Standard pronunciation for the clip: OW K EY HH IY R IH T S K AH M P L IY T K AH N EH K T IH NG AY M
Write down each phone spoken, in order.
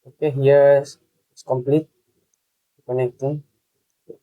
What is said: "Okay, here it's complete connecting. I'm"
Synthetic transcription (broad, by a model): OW K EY HH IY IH S S K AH M P L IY T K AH N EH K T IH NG